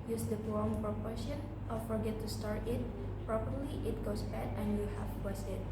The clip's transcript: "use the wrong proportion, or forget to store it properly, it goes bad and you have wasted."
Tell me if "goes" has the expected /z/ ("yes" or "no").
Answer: no